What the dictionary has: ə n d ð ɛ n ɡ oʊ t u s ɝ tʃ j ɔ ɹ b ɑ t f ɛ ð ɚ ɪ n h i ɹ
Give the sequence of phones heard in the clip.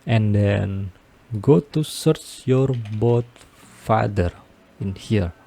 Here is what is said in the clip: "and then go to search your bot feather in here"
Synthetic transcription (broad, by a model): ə n d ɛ n ɡ oʊ t u s ɝ tʃ j ɔ ɹ b ɑ t f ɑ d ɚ ɪ n h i ɹ